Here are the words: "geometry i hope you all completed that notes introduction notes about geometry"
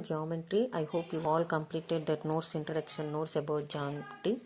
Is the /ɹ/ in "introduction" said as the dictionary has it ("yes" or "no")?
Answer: no